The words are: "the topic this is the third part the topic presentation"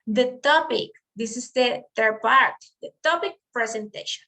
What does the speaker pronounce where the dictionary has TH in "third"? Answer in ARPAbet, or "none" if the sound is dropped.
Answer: T